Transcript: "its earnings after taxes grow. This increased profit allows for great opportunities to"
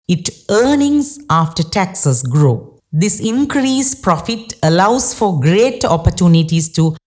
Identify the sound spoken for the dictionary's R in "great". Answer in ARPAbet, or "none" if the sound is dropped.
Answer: R